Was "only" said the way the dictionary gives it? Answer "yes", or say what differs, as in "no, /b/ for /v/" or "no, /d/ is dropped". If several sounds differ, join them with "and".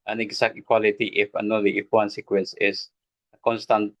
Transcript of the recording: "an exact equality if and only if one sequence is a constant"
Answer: no, /n/ is dropped